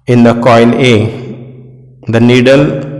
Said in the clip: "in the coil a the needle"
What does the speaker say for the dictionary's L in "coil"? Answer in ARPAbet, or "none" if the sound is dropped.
N